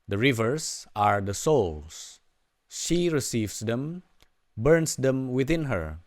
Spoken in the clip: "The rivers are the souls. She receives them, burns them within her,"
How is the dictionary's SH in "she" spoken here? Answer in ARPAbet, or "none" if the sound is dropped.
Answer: SH